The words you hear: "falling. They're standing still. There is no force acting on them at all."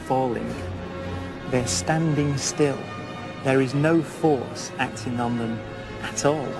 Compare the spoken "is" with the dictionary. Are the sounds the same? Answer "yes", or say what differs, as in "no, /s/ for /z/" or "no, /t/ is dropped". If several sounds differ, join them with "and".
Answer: yes